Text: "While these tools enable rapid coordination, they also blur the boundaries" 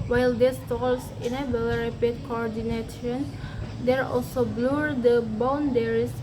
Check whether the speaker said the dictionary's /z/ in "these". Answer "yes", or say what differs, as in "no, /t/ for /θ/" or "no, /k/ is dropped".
no, /s/ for /z/